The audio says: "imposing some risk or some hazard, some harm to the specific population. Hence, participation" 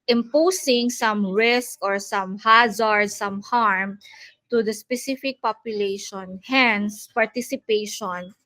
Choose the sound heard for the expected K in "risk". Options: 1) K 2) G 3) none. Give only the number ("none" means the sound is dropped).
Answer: 1